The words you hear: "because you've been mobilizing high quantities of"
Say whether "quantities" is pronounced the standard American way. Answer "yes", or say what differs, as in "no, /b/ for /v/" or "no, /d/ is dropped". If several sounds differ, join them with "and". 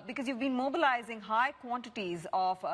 yes